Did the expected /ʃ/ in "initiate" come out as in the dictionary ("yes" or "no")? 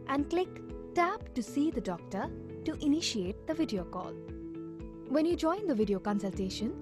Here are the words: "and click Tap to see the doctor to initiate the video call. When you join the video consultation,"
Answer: yes